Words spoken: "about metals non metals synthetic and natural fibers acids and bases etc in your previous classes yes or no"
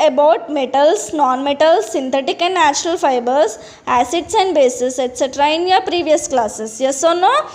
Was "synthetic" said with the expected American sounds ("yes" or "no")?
no